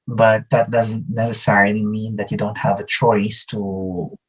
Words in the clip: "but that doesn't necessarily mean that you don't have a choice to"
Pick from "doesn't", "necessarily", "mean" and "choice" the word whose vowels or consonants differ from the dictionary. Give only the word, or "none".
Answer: none